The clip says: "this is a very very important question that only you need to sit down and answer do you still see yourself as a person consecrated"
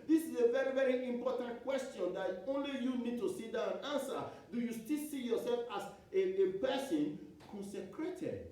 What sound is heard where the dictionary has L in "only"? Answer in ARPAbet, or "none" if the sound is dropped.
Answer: L